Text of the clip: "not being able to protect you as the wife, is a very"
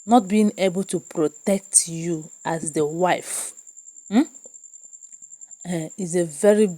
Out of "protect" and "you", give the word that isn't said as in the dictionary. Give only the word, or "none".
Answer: none